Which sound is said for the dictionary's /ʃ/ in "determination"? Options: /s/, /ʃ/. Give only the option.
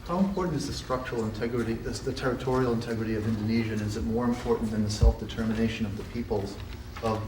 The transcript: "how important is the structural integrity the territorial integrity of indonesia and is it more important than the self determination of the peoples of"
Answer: /ʃ/